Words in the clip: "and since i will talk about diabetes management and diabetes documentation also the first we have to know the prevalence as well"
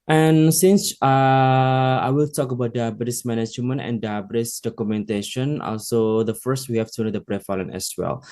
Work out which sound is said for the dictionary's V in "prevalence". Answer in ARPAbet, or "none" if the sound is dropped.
F